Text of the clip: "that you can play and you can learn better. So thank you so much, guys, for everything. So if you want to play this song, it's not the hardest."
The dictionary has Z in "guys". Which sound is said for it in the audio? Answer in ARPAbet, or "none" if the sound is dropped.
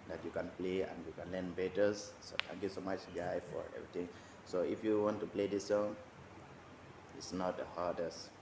none